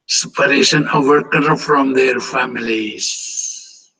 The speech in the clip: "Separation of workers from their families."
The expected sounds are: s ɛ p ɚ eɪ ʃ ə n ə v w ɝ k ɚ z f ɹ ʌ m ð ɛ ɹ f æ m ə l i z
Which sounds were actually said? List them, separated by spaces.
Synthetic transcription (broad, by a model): s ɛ p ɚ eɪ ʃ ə n ə v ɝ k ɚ f ɹ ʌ m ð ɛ ɹ f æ m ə l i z